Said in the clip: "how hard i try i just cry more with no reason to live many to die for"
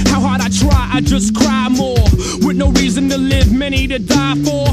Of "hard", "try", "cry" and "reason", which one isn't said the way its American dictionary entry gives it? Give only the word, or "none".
none